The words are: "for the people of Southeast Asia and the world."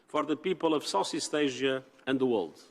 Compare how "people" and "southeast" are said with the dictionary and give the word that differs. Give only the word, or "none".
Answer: southeast